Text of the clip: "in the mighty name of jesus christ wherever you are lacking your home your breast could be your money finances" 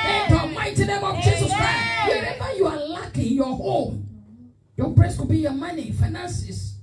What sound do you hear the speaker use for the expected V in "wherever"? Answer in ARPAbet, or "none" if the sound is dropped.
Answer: B